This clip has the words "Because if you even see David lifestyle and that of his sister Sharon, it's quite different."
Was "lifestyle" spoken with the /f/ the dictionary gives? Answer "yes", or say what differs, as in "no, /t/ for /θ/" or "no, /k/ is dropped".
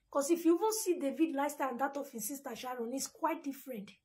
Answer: no, /f/ is dropped